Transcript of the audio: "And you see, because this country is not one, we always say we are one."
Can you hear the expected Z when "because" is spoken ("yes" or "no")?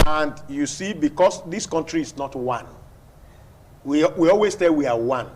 no